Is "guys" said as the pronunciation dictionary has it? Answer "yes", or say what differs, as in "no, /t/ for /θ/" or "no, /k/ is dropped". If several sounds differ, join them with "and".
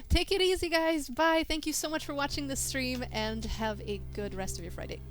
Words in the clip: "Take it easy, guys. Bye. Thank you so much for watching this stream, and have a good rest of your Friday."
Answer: yes